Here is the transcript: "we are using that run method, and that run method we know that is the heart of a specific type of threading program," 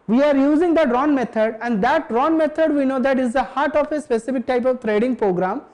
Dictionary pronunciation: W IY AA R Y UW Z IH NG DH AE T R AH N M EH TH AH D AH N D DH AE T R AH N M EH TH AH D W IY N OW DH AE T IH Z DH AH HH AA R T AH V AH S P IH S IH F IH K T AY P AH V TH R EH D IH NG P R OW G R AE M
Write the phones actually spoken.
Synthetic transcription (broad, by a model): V IY AA R Y UW Z IH NG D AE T R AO N M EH T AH D AH N D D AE T R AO N M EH T AH D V IY N OW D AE T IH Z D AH HH AA R T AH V AH S P IH S IH F IH K T AY P AH V T R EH D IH NG P R OW G R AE M